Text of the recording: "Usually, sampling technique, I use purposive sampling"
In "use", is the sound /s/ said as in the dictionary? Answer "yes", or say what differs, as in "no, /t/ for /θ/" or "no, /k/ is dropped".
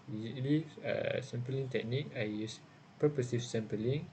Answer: yes